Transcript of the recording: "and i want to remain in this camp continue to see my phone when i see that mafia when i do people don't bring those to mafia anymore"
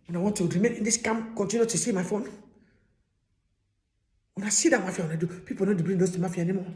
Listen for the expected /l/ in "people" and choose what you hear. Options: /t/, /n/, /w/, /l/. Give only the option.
/n/